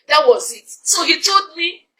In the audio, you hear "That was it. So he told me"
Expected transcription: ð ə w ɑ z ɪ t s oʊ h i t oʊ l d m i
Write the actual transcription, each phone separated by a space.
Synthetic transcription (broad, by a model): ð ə w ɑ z ɪ t s oʊ h i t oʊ d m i